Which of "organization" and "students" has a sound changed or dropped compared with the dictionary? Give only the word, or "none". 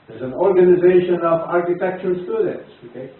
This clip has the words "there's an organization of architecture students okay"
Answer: none